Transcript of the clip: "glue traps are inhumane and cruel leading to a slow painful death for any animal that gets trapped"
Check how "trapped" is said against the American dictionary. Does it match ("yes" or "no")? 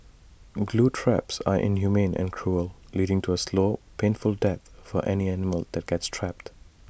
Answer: yes